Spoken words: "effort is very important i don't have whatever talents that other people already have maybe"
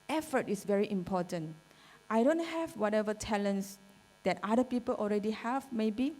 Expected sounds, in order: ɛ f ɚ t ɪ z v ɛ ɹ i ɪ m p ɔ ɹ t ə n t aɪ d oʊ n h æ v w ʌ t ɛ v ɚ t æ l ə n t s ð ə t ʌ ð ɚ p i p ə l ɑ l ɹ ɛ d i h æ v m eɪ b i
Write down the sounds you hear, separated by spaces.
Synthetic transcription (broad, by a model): ɛ f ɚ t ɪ s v ɛ ɹ i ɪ m p ɔ t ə n t aɪ d oʊ n h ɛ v w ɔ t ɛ v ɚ t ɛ l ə n s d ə t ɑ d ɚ p i p ə l ɑ l ɹ ɛ d i h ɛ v m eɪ b i